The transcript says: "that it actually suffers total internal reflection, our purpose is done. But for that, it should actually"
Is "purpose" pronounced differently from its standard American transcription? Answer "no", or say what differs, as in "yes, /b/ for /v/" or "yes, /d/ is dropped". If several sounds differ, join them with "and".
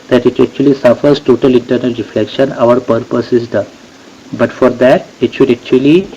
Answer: no